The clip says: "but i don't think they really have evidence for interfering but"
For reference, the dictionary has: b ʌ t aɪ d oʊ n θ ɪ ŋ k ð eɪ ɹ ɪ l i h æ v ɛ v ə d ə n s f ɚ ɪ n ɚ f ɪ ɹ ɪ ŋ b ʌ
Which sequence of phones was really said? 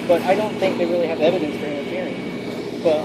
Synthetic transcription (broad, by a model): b ʌ t aɪ d oʊ n θ ɪ ŋ k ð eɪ ɹ ɪ l i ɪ v ɛ v ə d ə n s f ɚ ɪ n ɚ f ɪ ɹ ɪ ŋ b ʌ